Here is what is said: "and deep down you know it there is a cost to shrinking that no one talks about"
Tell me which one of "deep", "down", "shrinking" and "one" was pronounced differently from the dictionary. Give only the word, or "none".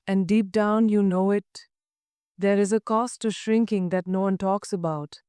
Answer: none